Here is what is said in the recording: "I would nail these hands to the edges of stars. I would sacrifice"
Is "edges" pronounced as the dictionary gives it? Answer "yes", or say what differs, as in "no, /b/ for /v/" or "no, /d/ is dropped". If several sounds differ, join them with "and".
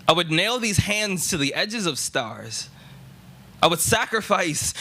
yes